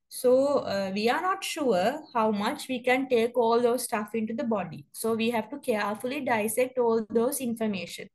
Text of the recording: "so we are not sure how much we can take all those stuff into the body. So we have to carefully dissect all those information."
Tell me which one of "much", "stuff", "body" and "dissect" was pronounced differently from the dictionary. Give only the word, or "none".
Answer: none